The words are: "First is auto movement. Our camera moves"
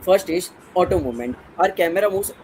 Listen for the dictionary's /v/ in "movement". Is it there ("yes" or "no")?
no